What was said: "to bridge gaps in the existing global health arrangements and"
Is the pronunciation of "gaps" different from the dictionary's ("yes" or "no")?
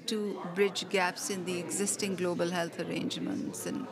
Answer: no